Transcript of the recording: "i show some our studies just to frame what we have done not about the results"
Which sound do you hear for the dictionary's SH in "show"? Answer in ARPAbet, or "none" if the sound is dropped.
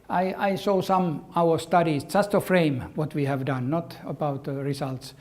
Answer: S